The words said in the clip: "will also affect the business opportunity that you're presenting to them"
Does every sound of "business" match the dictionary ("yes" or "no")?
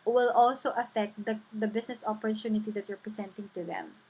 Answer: no